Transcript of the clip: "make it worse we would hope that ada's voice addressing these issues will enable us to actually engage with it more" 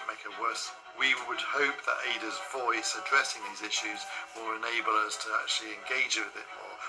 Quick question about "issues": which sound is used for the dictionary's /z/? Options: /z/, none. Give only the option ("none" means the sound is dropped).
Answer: /z/